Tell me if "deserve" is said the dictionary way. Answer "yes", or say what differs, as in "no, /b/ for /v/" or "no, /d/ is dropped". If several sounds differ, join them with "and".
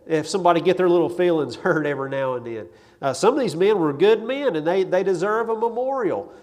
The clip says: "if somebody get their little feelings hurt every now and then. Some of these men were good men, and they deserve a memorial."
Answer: yes